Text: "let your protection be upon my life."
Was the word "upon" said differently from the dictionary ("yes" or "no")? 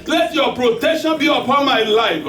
no